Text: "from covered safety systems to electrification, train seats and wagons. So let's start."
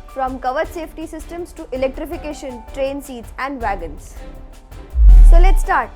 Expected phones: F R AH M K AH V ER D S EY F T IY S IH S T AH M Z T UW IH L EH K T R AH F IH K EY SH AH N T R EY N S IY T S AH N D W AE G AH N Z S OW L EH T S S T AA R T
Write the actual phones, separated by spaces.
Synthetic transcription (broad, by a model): F R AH M K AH V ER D S EY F T IY S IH S T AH M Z T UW IH L EH K T R AH F IH K EY SH AH N T R EY N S IY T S AH N D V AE G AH N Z S OW L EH T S S T AA R T